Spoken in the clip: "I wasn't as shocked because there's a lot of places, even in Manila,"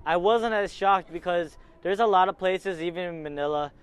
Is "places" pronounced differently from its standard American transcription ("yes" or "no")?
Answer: no